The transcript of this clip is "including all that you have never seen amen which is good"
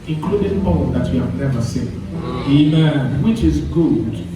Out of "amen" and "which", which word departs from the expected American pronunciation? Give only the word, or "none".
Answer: none